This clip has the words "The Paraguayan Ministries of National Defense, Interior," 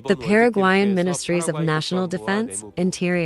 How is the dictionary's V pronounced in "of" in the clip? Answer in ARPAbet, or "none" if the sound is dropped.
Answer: V